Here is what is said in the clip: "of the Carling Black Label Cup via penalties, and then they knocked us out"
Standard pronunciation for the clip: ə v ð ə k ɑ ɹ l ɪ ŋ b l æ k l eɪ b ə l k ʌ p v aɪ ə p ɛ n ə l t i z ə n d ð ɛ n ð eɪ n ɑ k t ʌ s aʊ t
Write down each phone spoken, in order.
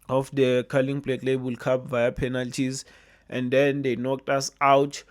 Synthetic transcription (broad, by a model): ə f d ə k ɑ l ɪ ŋ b l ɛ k l eɪ b ə l k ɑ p v aɪ ə p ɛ n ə l t i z ə n d ɛ n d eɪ n ɑ k t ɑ s aʊ t